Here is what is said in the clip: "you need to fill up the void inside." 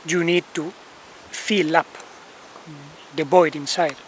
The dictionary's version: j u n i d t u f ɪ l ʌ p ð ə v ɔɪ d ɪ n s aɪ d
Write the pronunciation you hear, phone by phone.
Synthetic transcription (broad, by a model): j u n i d t u f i l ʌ p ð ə b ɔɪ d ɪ n s aɪ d